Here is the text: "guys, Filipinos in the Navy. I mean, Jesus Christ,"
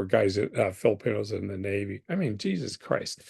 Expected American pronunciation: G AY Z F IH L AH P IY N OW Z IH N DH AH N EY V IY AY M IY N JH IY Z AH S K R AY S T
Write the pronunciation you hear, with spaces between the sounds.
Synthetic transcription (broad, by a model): G AY Z F IH L AH P IY N OW Z IH N DH AH N EY V IY AY M IY N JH IY Z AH S K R AY S T